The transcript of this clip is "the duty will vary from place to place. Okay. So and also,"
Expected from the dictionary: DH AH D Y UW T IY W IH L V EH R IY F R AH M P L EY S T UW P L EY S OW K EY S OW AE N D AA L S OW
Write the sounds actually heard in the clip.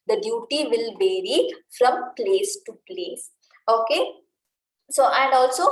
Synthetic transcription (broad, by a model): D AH D Y UW T IY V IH L V EH R IY F R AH M P L EY S T UW P L EY S OW K EY S OW AE N D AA L S OW